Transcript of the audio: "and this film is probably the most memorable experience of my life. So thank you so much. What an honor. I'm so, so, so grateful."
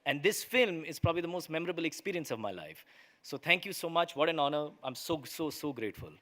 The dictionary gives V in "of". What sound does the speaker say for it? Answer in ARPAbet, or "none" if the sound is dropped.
V